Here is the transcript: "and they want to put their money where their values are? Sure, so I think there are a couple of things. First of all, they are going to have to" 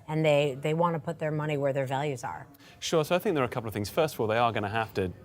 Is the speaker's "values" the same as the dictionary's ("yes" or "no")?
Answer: yes